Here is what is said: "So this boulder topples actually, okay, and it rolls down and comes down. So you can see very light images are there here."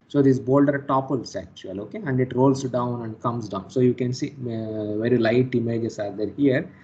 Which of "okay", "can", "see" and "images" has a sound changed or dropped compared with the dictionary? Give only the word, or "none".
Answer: images